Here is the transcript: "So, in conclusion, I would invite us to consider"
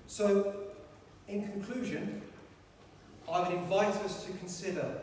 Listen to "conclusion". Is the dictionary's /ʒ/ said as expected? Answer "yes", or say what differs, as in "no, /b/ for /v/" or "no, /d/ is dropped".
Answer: yes